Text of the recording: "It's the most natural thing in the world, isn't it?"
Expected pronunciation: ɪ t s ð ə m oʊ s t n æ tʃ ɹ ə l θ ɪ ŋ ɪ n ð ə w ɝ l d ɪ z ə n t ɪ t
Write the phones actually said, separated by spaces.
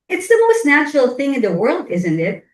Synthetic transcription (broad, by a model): ɪ t s ð ə m oʊ s t n æ tʃ ɹ l θ ɪ ŋ ɪ n ð ə w ɝ l d ɪ z ə n t ɪ t